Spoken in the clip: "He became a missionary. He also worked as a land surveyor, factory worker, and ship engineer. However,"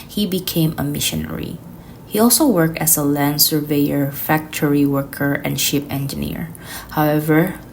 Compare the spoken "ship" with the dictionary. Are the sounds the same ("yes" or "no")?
yes